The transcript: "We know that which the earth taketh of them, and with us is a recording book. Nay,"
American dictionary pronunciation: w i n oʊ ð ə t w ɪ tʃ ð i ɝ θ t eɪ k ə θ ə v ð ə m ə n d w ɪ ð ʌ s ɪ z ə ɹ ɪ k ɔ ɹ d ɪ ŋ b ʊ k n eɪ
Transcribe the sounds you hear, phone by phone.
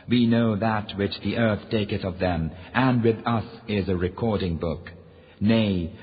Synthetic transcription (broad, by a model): w i n oʊ ð ə t w ɪ tʃ ð i ɝ θ t eɪ k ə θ ə v ð ə m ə n w ɪ ð ʌ s ɪ z ə ɹ ɪ k ɔ ɹ d ɪ ŋ b ʊ k n eɪ